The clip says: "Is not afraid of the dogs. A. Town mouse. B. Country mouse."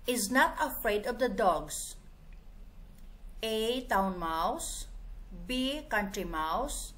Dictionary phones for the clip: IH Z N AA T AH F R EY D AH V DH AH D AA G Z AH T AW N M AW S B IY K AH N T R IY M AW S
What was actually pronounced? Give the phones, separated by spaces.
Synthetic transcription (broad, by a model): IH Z N AA T AH F R EY D AH V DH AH D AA G S AH T AW N M AW S B IY K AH N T R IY M AW S